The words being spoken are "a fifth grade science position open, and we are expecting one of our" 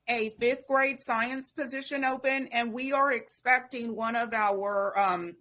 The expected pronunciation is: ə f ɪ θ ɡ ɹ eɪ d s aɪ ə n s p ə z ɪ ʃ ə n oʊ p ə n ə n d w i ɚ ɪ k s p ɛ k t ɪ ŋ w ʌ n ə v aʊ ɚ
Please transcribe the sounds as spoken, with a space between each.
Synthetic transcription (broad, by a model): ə f ɪ θ ɡ ɹ eɪ d s aɪ ə n s p ə z ɪ ʃ ə n oʊ p ə n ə n w i ɚ ɪ k s p ɛ k t ɪ ŋ w ʌ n ə v aʊ ɚ